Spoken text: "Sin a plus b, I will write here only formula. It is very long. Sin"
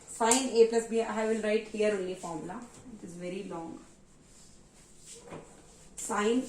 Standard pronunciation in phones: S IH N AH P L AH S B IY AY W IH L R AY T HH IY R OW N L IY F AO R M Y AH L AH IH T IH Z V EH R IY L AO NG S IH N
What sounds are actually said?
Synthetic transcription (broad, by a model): S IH N AH P L AH S B IY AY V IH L R AY T HH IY R OW N L IY F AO R M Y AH L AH IH T IH Z V EH R IY L AO NG S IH N